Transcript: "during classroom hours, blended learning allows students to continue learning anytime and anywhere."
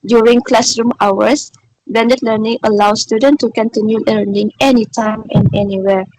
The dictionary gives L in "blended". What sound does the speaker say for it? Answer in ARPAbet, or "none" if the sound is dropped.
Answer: none